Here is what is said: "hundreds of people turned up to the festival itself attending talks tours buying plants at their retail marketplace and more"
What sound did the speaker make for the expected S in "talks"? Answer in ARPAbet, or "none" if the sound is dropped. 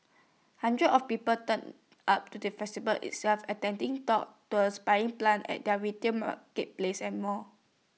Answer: none